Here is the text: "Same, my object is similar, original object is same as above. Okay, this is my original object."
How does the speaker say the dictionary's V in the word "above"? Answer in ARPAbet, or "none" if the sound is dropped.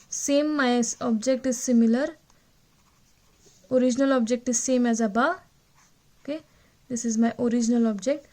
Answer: none